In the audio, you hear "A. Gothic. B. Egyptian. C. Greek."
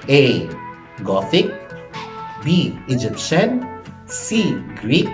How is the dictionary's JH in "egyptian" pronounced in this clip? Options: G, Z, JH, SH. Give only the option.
JH